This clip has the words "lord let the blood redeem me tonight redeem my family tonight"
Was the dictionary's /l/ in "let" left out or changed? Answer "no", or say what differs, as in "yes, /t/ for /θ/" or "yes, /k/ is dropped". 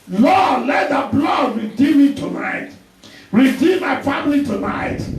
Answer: no